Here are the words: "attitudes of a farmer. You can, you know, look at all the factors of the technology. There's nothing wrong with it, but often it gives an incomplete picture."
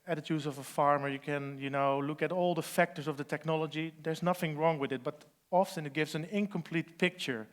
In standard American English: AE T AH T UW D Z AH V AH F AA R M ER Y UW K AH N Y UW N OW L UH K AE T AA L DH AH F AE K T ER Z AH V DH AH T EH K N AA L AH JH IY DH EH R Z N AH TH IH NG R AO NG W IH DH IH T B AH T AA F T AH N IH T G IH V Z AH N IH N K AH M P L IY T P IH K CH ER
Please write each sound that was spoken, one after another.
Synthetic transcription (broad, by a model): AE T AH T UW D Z AH V AH F AA R M ER Y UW K AH N Y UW N OW L UH K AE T AA L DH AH F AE K T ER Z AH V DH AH T EH K N AA L AH JH IY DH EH R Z N AH TH IH NG R AO NG W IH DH IH T B AH T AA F S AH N IH T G IH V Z AH N IH N K AH M P L IY T P IH K CH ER